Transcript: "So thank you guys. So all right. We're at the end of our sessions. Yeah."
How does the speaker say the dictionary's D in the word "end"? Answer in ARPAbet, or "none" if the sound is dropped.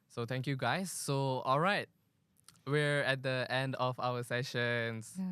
D